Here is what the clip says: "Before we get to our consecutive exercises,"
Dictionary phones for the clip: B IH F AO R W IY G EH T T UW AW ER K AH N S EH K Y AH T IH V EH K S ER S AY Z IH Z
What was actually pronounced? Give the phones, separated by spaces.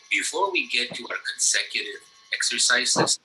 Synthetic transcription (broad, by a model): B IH F AO R W IY G EH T T UW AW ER K AH N S EH K Y AH T IH V EH K S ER S AY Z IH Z